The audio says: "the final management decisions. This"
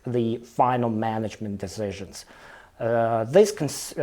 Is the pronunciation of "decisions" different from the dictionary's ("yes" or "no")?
no